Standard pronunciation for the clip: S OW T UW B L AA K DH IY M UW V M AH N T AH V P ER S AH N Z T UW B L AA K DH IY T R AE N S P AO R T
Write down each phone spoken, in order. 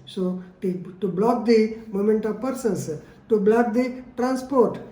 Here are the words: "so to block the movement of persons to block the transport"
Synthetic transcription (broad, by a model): S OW T UW B L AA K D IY M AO M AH N T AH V P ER S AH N S T UW B L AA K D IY T R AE N S P AO R T